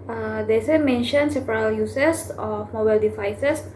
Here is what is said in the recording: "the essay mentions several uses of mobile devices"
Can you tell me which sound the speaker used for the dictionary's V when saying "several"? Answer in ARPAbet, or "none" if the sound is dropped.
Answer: P